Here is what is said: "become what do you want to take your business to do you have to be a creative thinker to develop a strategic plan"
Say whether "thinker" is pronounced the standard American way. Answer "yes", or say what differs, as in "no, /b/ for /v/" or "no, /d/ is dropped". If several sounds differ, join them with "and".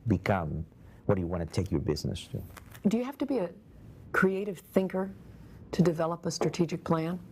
yes